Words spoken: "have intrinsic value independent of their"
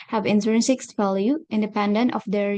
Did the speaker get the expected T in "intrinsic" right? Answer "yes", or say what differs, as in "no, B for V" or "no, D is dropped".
no, S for T